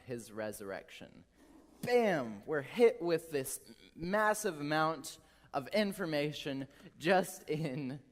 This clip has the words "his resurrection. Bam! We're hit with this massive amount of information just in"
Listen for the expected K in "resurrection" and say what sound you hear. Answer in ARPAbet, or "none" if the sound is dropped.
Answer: K